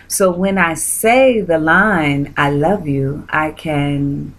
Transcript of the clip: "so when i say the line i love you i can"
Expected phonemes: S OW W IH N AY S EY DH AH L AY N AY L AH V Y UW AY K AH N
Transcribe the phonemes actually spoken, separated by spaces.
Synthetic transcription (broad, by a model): S OW W IH N AY S EY DH AH L AY N AY L AH V Y UW AY K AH N